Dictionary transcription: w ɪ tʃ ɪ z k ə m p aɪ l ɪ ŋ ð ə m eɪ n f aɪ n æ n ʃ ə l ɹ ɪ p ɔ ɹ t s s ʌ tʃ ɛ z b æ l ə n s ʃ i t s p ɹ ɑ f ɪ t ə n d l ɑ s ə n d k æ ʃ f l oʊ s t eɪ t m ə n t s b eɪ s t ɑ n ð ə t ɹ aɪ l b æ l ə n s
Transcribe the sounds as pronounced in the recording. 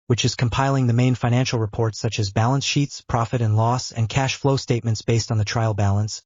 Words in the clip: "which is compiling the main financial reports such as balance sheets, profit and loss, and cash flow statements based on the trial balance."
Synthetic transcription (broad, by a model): w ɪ tʃ ɪ z k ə m p aɪ l ɪ ŋ ð ə m eɪ n f aɪ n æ n ʃ l ɹ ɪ p ɔ ɹ t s s ʌ tʃ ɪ z b æ l ə n s ʃ i t s p ɹ ɑ f ɪ t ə n l ɑ s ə n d k æ ʃ f l oʊ s t eɪ t m ə n t s b eɪ s t n ð ə t ɹ aɪ l b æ l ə n s